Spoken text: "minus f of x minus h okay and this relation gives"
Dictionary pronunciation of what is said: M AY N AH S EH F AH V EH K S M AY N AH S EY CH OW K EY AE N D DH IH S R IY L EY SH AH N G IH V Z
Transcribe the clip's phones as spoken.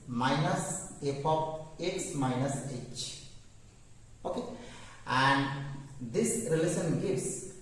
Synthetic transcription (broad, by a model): M AY N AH S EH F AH P EH K S M AY N AH S EY CH OW K EY AE N D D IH S R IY L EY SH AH N G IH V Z